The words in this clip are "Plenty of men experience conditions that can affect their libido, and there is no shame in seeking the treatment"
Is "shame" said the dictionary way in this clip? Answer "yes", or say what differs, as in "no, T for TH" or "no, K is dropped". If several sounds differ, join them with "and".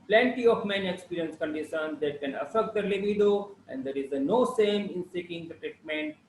no, S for SH